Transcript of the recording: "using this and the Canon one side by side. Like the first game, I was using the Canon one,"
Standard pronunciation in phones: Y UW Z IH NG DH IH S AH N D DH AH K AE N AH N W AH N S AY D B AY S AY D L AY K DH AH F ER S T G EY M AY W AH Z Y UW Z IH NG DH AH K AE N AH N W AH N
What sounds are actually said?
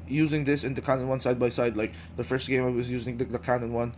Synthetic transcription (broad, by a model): Y UW Z IH NG DH IH S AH N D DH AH K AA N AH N W AH N S AY D B AY S AY D L AY K DH AH F ER S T G EY M AY W AH Z Y UW Z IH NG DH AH K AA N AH N W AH N